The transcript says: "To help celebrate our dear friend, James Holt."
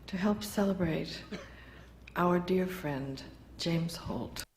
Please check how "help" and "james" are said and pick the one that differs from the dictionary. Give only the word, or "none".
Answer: none